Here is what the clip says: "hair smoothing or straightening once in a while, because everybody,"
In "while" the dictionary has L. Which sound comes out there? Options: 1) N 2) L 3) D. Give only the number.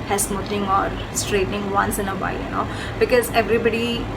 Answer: 1